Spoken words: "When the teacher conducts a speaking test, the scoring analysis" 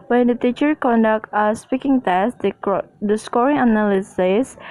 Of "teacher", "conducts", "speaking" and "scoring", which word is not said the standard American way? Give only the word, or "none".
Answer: conducts